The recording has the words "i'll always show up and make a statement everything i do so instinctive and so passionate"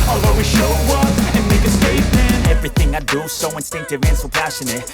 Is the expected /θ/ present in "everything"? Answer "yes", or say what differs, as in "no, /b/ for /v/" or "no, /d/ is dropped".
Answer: yes